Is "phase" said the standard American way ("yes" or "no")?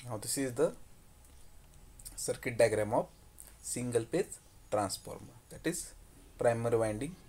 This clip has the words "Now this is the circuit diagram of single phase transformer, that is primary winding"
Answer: no